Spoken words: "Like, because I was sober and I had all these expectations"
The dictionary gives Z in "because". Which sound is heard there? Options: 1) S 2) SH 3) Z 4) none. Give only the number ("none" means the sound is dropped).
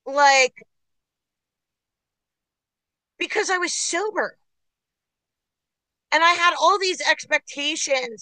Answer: 3